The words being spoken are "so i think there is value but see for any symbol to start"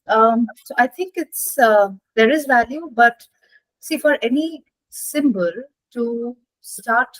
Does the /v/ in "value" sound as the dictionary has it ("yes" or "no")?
yes